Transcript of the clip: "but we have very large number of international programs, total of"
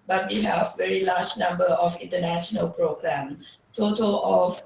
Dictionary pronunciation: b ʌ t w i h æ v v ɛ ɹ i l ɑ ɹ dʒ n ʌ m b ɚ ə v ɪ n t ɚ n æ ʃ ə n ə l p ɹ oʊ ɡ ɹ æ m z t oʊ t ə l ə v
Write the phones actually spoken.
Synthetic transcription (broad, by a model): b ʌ t w i h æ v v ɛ ɹ i l ɑ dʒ n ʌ m b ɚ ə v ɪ n t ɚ n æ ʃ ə n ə l p ɹ oʊ ɡ ɹ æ m t oʊ t ə l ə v